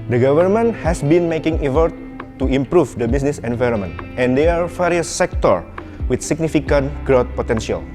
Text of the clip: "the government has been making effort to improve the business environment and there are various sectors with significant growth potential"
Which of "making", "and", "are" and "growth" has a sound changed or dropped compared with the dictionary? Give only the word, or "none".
growth